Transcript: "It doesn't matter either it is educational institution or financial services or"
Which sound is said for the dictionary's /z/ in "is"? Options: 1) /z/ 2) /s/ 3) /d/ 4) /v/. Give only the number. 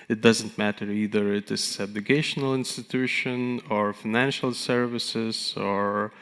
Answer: 2